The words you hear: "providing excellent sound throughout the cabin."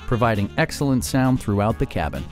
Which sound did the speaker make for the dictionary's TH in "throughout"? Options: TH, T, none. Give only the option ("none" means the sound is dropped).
TH